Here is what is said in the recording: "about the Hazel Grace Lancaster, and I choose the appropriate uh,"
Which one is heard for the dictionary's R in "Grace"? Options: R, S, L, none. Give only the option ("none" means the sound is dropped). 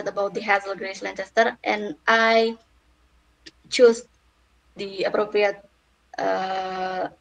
R